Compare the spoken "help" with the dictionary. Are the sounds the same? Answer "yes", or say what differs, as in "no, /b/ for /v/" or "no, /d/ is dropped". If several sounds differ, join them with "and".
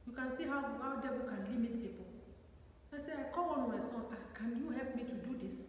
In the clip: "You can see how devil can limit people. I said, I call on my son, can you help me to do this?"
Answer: yes